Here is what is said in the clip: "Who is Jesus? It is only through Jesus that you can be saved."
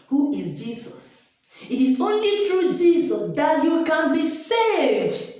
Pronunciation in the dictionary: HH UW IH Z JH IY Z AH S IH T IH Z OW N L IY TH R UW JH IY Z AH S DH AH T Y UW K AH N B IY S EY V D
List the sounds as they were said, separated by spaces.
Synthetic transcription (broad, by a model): HH UW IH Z JH IY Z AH S IH T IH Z OW N L IY T R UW JH IY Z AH S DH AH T Y UW K AH N B IY S EY V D